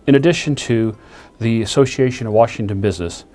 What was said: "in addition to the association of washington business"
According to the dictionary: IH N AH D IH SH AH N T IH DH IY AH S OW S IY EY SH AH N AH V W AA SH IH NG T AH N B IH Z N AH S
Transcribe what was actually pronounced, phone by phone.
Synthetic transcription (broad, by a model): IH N AH D IH SH AH N T IH DH IY AH S OW S IY EY SH AH N AH V W AA SH IH NG T AH N B IH Z N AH S